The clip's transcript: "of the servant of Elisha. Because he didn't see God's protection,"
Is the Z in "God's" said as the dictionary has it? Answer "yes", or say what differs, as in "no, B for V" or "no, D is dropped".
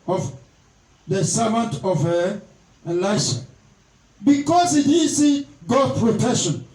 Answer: no, Z is dropped